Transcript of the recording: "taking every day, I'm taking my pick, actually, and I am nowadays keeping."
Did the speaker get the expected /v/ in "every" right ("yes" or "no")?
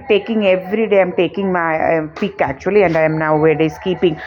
yes